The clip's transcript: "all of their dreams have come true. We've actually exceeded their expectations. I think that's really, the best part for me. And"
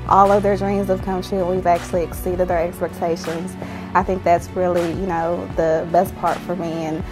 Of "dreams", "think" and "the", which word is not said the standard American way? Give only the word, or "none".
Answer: none